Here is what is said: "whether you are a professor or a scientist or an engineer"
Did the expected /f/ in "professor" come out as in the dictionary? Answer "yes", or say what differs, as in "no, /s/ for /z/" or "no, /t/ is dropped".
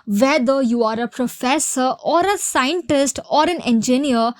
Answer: yes